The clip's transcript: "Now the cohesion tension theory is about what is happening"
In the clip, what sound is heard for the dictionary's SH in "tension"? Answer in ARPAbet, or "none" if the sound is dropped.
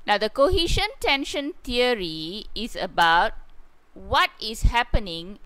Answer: SH